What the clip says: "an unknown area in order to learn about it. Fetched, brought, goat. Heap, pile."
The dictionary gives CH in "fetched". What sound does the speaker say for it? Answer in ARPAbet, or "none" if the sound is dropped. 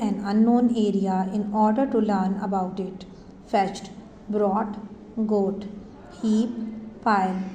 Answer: CH